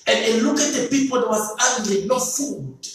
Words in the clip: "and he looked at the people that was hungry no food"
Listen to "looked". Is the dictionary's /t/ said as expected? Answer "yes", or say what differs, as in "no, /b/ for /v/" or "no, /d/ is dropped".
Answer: no, /t/ is dropped